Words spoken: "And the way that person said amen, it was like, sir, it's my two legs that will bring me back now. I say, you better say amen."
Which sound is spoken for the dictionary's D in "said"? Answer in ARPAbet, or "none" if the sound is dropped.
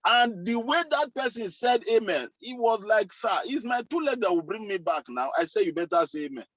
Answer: D